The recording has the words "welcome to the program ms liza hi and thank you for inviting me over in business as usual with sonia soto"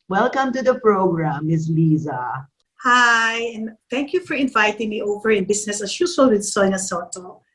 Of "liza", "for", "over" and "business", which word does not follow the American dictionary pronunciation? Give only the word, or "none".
business